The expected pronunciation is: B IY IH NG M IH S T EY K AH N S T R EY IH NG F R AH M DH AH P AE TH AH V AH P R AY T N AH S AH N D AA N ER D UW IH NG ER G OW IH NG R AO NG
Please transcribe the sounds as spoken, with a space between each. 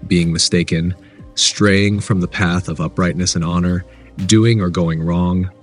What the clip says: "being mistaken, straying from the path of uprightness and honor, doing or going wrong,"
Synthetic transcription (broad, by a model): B IY IH NG M IH S T EY K AH N S T R EY IH NG F R AH M DH AH P AE TH AH V AH P R AY T N AH S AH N AA N ER D UW IH NG ER G OW IH NG R AO NG